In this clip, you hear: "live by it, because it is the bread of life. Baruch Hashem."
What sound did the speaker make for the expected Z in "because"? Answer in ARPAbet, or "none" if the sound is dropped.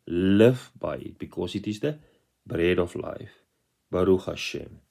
S